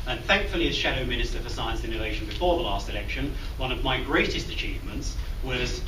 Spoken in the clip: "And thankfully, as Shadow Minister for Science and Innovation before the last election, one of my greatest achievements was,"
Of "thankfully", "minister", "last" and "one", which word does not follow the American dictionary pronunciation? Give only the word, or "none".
none